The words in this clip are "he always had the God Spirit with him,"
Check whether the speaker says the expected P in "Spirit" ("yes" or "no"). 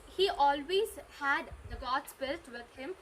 no